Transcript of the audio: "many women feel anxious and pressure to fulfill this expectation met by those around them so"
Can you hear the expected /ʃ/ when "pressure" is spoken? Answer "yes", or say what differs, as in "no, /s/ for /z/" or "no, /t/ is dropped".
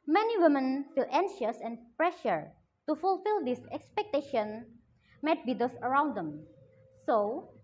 yes